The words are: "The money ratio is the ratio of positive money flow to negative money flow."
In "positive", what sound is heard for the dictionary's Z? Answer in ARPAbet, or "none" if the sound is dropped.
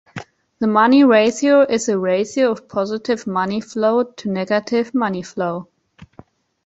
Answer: Z